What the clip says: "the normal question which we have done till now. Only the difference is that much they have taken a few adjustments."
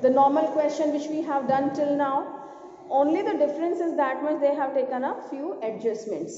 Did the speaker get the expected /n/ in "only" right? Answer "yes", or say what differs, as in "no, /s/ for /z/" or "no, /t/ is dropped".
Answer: yes